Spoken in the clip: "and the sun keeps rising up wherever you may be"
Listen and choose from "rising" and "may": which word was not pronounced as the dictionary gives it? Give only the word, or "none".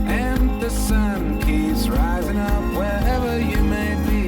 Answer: none